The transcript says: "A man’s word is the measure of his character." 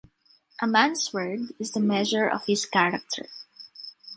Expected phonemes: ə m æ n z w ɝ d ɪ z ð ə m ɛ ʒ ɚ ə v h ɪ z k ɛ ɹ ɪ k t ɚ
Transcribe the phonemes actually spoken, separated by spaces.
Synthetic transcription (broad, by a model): ə m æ n s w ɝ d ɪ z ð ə m ɛ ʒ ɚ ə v h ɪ s k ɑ ɹ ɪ k t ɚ